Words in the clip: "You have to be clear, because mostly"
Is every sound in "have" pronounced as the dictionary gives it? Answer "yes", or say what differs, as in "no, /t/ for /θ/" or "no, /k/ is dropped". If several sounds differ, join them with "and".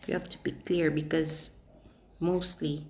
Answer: no, /f/ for /v/